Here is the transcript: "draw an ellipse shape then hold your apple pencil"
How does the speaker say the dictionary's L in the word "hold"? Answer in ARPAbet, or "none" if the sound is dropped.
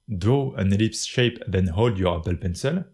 L